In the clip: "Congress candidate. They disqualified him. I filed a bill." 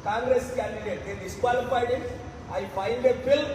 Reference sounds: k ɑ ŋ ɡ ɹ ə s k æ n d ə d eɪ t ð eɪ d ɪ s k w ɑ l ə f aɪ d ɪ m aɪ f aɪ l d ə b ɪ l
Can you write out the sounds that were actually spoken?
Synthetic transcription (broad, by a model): k ɑ ŋ ɡ ɹ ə s k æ n d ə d eɪ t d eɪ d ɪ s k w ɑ l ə p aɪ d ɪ aɪ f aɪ n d ə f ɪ l